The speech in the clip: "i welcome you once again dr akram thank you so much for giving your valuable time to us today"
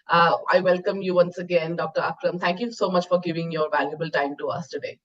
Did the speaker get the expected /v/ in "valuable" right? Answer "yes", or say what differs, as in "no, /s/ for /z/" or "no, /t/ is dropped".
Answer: yes